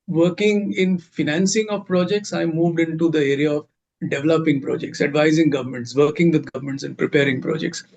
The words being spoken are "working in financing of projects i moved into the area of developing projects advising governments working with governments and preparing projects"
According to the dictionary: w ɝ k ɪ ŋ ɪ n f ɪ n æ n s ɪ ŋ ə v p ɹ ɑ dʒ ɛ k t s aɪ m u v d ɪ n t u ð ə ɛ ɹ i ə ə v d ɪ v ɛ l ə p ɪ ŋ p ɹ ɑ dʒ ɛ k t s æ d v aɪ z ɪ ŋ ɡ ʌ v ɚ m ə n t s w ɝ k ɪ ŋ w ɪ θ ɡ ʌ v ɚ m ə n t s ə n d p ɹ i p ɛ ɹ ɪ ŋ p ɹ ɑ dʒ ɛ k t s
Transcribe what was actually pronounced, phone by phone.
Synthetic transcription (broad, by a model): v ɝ k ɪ ŋ ɪ n f ɪ n æ n s ɪ ŋ ə v p ɹ ɑ dʒ ɛ k t s aɪ m u v d ɪ n t u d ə ɛ ɹ i ə ə v d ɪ v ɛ l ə p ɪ ŋ p ɹ ɑ dʒ ɛ k t s æ d v aɪ z ɪ ŋ ɡ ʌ v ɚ m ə n t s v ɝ k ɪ ŋ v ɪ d ɡ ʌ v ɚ m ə n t s ə n d p ɹ i p ɛ ɹ ɪ ŋ p ɹ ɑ dʒ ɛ k t s